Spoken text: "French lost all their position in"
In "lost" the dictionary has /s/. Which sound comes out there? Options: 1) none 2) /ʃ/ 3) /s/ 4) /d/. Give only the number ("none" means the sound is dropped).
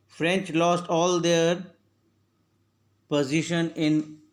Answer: 3